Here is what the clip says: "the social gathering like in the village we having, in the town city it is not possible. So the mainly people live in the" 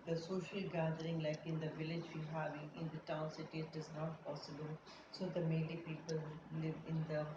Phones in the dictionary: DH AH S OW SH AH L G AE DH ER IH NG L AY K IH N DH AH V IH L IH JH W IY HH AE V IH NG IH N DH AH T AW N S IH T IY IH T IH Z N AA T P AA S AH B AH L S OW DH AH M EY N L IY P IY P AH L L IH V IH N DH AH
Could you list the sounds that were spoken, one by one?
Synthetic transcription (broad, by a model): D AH S OW SH AH L G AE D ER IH NG L AY K IH N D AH V IH L IH JH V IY HH AE V IH NG IH N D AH T AW N S IH T IY IH T IH Z N AA T P AA S AH B AH L S OW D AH M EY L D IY P IY P AH L L IH V IH N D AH